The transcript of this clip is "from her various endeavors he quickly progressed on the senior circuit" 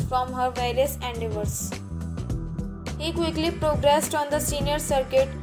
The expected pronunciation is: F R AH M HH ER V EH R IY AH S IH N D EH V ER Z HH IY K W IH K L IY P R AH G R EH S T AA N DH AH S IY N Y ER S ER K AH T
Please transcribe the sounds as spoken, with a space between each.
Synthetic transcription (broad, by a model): F R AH M HH ER V EH R IY AH S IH N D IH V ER S HH IY K W IH K L IY P R AH G R EH S T AA N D AH S IY N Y ER S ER K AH T